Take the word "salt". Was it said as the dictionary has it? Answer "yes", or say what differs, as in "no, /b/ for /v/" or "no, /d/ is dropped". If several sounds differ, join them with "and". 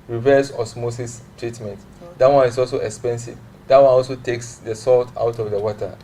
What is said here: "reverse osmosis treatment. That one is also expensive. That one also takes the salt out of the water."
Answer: yes